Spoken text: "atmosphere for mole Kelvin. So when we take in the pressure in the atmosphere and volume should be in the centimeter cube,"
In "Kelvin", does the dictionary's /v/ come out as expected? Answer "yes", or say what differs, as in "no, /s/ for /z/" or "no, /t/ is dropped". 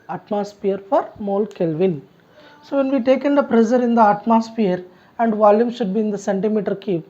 yes